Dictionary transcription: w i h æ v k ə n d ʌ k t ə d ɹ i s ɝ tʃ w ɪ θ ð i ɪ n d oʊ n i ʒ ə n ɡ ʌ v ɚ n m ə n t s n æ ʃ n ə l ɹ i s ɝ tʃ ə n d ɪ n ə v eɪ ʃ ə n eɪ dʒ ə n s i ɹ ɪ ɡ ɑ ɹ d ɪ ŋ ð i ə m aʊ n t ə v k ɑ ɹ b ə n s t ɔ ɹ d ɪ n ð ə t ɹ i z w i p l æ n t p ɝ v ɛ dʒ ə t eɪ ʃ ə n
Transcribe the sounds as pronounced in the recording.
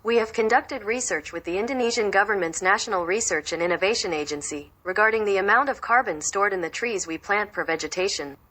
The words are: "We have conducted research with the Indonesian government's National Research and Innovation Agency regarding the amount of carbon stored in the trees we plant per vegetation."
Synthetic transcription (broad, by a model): w i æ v k ə n d ʌ k t ə d ɹ i s ɝ tʃ w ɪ ð i ɪ n d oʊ n i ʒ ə n ɡ ʌ v ɚ n m ə n t s n æ ʃ n l ɹ i s ɝ tʃ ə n ɪ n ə v eɪ ʃ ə n eɪ dʒ ə n s i ɹ ɪ ɡ ɑ ɹ d ɪ ŋ ð i ə m aʊ n t ə v k ɑ ɹ b ə n s t ɔ ɹ d ɪ n ð ə t ɹ i z w i p l æ n t f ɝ v ɛ dʒ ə t eɪ ʃ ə n